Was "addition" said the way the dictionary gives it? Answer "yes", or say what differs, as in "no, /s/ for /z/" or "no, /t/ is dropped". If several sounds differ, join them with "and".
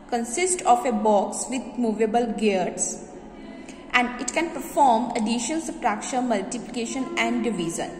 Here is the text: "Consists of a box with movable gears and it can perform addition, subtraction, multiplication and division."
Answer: no, /l/ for /n/